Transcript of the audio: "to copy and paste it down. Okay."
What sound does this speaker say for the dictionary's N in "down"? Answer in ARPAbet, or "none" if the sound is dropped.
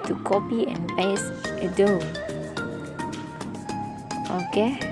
none